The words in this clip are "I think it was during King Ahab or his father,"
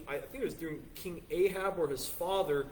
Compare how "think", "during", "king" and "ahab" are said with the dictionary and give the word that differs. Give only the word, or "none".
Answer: none